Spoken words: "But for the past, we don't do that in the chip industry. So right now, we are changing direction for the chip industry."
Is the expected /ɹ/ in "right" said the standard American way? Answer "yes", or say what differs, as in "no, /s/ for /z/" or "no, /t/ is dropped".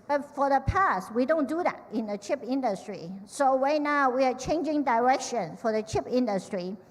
no, /w/ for /ɹ/